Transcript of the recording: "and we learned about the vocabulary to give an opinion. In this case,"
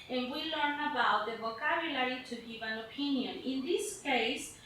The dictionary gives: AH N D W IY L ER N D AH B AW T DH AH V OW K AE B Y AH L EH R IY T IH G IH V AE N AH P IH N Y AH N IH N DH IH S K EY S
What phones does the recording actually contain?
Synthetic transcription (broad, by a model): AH N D W IY L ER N AH B AW T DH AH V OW K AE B Y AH L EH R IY T IH G IH V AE N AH P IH N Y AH N IH N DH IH S K EY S